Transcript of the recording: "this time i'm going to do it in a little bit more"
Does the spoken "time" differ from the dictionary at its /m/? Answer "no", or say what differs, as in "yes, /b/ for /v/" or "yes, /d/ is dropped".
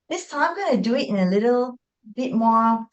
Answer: yes, /m/ is dropped